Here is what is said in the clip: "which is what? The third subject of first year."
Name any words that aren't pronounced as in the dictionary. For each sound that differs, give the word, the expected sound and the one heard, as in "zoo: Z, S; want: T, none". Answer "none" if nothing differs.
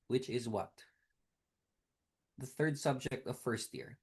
none